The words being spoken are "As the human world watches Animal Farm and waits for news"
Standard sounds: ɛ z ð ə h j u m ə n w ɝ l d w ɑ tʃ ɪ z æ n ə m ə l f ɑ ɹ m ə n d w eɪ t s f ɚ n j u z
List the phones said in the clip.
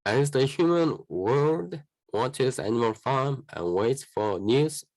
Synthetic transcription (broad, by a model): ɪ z ð ə h j u m ə n w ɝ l d w ɑ tʃ ɪ z æ n ə m ə l f ɑ ɹ m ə n w eɪ t s f ɚ n j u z